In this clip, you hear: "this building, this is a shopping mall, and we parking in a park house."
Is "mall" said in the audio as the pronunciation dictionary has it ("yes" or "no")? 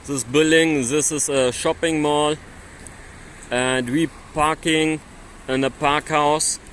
yes